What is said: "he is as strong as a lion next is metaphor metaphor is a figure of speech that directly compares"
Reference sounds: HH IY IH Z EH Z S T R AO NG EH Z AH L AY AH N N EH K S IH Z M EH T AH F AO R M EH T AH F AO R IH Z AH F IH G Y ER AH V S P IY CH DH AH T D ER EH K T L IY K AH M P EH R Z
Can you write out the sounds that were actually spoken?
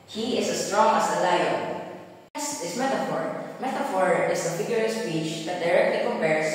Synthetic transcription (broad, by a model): HH IY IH S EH S T R AO NG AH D AH L AY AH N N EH S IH S M EH T AH F AO R M EH T AH F AO R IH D AH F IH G Y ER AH S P IY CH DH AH T D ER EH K T L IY K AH M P EH R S